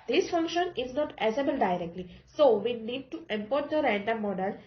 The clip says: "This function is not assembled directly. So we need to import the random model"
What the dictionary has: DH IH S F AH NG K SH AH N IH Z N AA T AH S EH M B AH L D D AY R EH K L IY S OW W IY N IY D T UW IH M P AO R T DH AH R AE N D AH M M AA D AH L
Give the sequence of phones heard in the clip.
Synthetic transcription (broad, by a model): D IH S F AH NG K SH AH N IH Z N AA T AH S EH B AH L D D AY R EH K L IY S OW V IY N IY D T UW IH M P AO R T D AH R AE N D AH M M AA D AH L